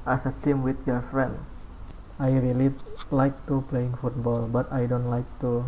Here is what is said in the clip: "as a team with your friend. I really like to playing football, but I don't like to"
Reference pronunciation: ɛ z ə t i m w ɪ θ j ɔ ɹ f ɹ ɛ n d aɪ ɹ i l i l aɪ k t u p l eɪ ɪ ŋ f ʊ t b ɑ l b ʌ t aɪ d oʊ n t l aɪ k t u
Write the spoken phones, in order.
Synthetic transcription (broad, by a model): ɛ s ə t i m w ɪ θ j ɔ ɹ f ɹ ɛ n d aɪ ɹ i l i l aɪ k t u p l eɪ ɪ ŋ f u t b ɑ l b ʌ t aɪ d oʊ n t l aɪ k t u